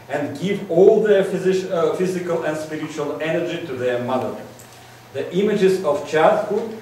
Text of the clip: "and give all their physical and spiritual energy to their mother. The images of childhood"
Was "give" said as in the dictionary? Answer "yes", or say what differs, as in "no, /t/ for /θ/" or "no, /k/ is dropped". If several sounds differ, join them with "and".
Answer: yes